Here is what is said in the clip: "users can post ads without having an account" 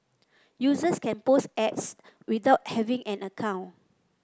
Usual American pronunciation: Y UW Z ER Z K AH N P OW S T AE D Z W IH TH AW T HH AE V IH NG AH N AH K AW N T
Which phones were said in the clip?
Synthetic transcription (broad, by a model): Y UW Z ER S K AH N P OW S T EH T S W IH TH AW T HH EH V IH NG AH N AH K AW N